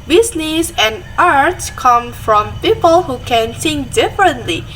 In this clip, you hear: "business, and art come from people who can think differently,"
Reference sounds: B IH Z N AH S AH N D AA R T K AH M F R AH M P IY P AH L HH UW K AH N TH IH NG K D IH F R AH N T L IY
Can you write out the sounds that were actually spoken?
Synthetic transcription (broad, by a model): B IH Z N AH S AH N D AA R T K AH M F R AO M P IY P AH L HH UW K AH N S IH NG D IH F R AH N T L IY